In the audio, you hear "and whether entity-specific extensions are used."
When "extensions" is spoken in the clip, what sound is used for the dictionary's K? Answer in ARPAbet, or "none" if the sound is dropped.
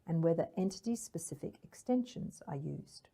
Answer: K